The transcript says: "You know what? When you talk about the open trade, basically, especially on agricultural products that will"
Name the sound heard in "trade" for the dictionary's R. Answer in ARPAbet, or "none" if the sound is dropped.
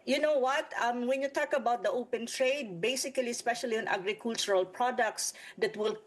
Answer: R